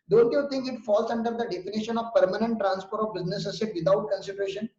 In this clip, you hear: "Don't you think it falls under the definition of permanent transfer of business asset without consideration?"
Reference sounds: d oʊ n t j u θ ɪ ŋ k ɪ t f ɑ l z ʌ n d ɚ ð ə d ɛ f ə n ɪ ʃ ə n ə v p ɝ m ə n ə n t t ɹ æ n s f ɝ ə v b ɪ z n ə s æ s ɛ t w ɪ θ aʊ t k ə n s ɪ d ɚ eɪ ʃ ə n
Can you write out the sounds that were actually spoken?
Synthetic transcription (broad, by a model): d oʊ n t j u t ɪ ŋ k ɪ t f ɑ l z ʌ n d ɚ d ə d ɛ f ə n ɪ ʃ ə n ə v p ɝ m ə n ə n t t ɹ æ n s p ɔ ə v b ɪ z n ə s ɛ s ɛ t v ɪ t aʊ t k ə n s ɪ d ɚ eɪ ʃ ə n